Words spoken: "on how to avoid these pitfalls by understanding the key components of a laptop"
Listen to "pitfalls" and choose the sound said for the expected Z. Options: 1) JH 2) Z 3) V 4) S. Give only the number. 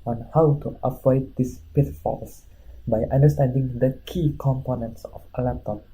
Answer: 4